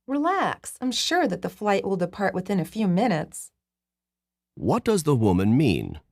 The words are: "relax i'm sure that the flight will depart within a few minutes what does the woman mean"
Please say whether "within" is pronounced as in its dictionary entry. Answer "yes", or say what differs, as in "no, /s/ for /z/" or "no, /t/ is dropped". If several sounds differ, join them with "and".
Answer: yes